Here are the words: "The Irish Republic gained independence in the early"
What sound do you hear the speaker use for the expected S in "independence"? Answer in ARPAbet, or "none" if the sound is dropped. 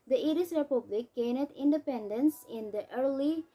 S